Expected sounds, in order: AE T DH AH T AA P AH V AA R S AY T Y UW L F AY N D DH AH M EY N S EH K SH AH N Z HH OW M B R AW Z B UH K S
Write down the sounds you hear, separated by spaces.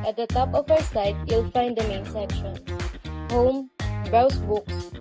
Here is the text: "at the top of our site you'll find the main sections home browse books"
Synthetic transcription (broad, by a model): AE T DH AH T AA P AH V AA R S AY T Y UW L F AY N D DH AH M EY N S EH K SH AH N HH OW M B R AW S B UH K S